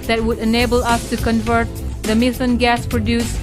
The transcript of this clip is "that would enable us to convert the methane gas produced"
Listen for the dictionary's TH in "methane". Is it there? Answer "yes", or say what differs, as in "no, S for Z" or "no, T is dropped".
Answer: no, S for TH